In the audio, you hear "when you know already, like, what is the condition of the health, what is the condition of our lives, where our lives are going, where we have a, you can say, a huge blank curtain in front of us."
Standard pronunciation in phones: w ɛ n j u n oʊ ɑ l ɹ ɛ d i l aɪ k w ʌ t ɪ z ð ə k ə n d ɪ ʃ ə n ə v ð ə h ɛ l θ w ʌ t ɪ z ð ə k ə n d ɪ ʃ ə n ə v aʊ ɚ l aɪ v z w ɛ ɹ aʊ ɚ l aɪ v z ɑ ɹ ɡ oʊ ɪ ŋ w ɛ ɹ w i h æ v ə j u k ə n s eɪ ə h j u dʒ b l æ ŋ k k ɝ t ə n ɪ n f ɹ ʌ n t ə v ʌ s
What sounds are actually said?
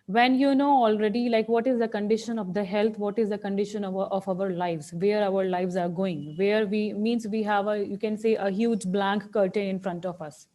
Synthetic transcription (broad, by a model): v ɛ n j u n oʊ ɑ l ɹ ɛ d i l aɪ k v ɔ t ɪ z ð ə k ə n d ɪ ʃ ə n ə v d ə h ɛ l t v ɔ t ɪ z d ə k ə n d ɪ ʃ ə n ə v aʊ ɚ l aɪ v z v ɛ ɹ aʊ ɚ l aɪ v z ɑ ɹ ɡ oʊ ɪ ŋ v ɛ ɹ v i h æ v ə j u k ə n s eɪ ə h j u dʒ b l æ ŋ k k ɝ t ə n ɪ n f ɹ ʌ n t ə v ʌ s